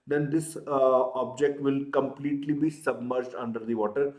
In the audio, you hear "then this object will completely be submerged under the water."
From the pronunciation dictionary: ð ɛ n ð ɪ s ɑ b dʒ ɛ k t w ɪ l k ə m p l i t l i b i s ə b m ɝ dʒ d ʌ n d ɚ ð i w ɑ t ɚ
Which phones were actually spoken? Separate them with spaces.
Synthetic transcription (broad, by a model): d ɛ n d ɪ s ɑ b dʒ ɛ k t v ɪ l k ə m p l i t l i b i s ə b m ɝ dʒ d ʌ n d ɚ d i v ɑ t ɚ